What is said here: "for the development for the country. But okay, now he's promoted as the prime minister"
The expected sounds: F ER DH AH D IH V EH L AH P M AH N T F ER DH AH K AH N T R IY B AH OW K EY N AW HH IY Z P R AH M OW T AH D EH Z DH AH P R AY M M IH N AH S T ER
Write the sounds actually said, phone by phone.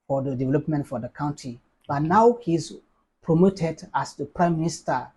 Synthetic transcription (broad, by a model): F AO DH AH D IH V EH L AH P M AH N T F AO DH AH K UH N T IY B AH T N AW HH IY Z P R AH M OW T AH D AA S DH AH P R AY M M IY N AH S T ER